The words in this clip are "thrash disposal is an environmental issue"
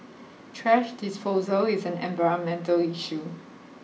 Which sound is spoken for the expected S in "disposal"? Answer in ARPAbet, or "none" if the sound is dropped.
S